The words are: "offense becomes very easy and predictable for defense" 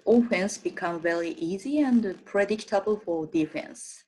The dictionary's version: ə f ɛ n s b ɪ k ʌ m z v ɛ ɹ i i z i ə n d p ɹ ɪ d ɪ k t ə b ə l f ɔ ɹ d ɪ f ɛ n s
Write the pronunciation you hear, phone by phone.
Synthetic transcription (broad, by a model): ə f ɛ n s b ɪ k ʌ m v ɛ ɹ i i z i ə n d p ɹ ɪ d ɪ k t ə b ə l f ɔ ɹ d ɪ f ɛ n s